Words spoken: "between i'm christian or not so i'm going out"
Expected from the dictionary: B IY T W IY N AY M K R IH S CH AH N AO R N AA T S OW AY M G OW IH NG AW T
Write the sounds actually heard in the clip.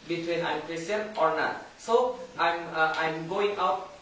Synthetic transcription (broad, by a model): B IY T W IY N AY M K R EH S AH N AO R N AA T S OW AY M G OW IH NG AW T